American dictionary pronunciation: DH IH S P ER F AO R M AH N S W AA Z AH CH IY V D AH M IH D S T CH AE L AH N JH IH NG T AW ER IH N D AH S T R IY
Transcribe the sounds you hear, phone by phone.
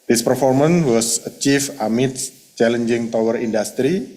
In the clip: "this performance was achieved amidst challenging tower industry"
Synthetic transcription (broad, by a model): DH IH S P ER F AO R M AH N W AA S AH CH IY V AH M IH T CH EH L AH N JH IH NG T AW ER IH N D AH S T R IY